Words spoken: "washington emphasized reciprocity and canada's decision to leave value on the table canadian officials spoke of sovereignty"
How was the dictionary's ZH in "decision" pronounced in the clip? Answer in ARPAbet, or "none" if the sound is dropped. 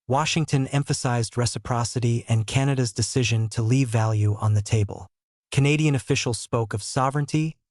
ZH